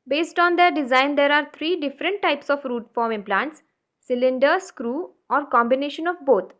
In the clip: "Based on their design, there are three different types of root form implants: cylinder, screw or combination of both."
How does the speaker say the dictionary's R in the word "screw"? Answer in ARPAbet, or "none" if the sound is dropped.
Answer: R